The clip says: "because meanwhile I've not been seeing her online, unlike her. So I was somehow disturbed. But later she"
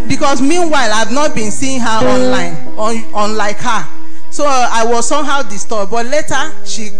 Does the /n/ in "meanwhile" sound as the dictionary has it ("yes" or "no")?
yes